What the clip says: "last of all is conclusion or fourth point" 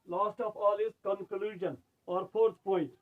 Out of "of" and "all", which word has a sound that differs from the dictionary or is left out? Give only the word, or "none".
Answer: of